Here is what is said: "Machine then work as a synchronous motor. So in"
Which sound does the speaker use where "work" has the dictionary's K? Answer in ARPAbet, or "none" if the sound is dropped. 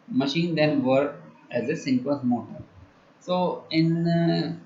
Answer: none